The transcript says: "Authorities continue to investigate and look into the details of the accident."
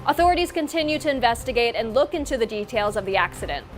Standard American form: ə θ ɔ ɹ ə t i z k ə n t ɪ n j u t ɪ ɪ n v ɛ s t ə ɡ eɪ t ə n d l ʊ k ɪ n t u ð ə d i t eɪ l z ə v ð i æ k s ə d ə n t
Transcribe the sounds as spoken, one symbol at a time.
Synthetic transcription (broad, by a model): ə θ ɔ ɹ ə t i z k ə n t ɪ n j u t ɪ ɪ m v ɛ s t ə ɡ eɪ t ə n l ʊ k ɪ n t u ð ə d i t eɪ l z ə v ð i æ k s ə d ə n t